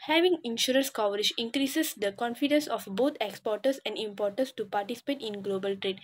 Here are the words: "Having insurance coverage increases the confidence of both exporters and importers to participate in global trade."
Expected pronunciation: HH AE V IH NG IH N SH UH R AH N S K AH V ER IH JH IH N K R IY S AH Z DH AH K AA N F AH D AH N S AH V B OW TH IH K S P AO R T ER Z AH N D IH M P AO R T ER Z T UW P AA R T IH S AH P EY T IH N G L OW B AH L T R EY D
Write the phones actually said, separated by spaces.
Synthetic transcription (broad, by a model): HH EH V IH NG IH N SH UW R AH N S K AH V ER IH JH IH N K R IY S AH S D AH K AA N F AH D AH N S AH F B OW T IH K S P AO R T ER S AH N D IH M P AO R T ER S T UW P AA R T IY S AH P EY T IH N G L OW B AH L T R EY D